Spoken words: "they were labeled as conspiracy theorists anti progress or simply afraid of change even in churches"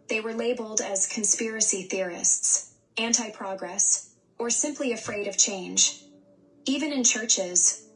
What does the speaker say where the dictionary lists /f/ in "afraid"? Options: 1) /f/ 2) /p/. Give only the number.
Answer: 1